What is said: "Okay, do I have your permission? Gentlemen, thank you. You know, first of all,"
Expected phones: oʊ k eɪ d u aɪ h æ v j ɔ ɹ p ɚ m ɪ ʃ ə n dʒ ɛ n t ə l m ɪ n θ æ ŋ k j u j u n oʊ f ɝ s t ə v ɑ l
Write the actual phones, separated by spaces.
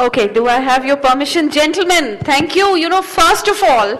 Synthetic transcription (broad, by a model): oʊ k eɪ d u aɪ h æ v j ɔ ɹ p ɚ m ɪ ʃ ə n dʒ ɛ n t l m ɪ n t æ ŋ k j u j u n oʊ f ɝ s t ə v ɑ l